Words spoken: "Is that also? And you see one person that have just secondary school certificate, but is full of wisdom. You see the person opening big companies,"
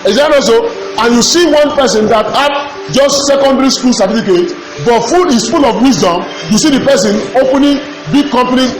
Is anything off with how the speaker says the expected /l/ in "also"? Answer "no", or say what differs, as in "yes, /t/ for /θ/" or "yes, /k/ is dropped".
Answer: yes, /l/ is dropped